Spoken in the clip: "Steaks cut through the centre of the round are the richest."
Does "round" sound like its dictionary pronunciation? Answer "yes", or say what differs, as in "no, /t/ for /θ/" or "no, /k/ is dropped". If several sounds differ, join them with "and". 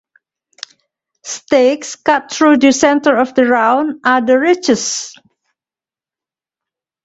no, /d/ is dropped